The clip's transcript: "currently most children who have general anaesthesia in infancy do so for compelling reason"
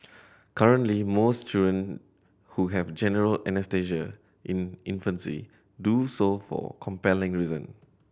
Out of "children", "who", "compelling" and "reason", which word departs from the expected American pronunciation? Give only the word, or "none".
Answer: children